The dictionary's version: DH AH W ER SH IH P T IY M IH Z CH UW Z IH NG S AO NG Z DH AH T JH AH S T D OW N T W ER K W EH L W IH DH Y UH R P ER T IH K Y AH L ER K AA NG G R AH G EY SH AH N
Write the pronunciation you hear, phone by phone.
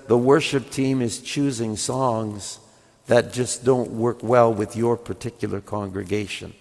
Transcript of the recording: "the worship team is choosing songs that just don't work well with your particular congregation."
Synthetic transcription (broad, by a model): DH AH W ER SH IH P T IY M IH Z CH UW Z IH NG S AO NG Z DH AH T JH AH S D OW N T W ER K W EH L W IH DH Y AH R P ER T IH K Y L ER K AA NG G R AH G EY SH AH N